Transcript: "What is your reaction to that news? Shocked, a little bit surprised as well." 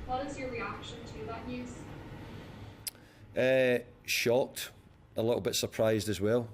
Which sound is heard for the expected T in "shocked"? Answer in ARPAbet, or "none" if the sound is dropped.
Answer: T